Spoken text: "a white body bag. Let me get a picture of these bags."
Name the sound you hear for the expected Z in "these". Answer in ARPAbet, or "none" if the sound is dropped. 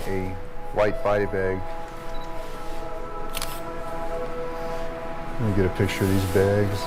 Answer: Z